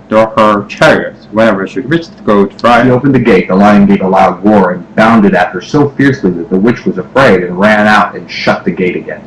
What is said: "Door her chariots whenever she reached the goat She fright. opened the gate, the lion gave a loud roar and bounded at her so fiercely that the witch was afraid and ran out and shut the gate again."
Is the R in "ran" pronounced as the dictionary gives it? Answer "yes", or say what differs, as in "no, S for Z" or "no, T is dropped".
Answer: yes